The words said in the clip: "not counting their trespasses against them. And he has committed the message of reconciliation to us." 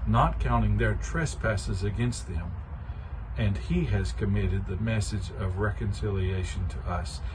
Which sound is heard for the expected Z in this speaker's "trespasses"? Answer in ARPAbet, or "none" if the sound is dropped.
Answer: Z